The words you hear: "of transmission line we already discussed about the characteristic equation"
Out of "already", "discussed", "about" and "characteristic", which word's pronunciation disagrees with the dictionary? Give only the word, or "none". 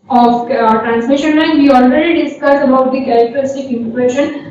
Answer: discussed